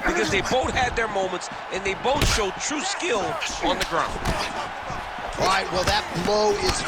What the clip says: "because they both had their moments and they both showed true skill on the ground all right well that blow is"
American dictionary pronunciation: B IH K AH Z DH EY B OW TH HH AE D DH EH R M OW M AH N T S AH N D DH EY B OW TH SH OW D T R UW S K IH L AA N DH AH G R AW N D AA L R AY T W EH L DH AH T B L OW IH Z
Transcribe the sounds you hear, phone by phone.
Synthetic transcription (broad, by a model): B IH K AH Z DH EY B OW TH HH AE D DH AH R M OW M AH N T S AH N DH EY B OW TH SH OW D T R UW S K IH L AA N DH AH G R AW N D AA R AY T W EH L DH AH T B OW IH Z